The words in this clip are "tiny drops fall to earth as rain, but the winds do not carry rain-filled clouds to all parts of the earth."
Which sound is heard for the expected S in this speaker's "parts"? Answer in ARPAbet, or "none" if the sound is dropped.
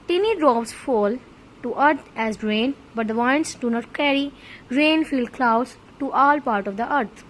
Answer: none